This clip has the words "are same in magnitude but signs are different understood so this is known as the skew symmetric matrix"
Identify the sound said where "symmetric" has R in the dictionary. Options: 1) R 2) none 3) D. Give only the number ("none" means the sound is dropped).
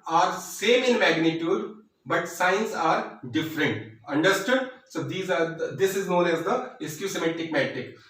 2